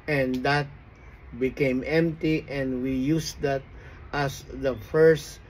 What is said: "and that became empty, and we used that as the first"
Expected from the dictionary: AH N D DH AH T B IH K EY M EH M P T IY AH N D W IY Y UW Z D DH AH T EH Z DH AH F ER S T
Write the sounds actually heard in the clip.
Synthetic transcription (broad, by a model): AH N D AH T B IH K EY M EH M P T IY AH N D W IY Y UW S D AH T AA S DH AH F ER S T